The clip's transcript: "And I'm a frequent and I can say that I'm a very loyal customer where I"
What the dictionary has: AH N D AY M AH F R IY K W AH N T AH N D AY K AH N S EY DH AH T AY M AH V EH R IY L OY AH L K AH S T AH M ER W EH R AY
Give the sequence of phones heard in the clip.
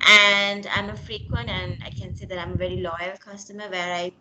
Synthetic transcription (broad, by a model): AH N D AY M AH F R IY K W AH N T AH N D AY K AH N S EY DH AH T AY M AH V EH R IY L OY AH L K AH S T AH M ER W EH R AY